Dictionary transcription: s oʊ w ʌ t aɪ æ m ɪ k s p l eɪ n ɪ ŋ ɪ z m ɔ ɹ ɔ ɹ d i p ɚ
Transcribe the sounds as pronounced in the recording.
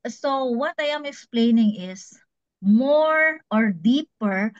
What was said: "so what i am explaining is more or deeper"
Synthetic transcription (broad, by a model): s oʊ w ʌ t aɪ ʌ m ɪ k s p l eɪ n ɪ ŋ ɪ s m ɔ ɹ ɔ ɹ d i p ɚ